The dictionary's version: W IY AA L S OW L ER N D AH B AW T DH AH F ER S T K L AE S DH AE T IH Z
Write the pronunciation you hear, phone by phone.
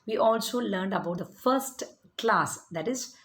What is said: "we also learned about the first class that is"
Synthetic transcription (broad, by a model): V IY AA L S OW L ER N D AH B AW T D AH F ER S T K L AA S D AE T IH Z